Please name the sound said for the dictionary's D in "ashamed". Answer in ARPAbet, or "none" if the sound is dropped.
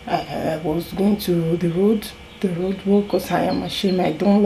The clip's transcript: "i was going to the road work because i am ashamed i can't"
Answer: none